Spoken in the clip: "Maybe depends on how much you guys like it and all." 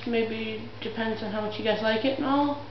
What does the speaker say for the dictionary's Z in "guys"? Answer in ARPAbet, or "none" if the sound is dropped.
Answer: S